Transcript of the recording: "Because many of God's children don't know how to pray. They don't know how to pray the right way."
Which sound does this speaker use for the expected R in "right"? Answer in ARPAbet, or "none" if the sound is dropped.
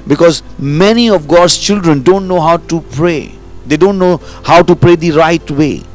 R